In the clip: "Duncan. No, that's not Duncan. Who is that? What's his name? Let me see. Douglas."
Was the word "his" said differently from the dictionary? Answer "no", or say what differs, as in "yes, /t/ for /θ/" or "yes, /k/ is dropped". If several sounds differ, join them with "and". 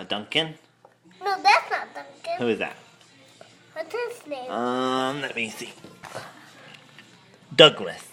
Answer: yes, /s/ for /z/